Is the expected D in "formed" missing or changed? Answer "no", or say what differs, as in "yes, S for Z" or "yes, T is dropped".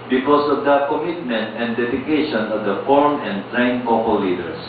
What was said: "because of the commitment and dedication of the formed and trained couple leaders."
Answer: yes, D is dropped